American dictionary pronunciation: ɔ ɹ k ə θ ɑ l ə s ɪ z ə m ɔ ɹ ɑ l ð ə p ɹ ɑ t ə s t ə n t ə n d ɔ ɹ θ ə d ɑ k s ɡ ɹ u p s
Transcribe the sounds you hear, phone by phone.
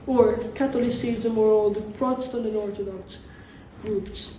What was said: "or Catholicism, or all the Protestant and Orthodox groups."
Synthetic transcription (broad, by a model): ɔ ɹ k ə t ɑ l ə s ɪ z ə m ɔ ɹ ɑ l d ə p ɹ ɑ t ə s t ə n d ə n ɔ ɹ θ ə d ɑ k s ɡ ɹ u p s